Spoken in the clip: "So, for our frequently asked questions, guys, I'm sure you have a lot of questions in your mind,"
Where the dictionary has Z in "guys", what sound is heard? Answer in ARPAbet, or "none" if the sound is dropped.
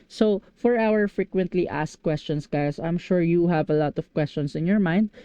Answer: S